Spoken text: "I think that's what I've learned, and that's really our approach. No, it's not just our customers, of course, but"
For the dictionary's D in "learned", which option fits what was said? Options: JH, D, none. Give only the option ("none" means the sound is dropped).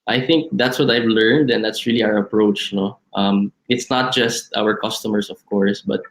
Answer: D